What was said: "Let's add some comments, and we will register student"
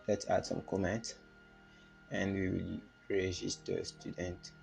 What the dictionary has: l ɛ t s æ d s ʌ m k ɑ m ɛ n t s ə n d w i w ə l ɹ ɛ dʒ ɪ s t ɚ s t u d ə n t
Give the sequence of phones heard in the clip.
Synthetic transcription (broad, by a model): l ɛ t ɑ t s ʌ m k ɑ m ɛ n t ə n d w i w ə l ɹ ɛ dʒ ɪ s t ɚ s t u d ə n t